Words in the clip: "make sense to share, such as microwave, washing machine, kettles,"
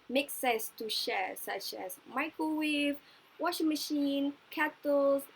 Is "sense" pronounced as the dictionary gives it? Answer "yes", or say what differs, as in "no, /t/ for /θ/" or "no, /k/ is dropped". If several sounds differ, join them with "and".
no, /n/ is dropped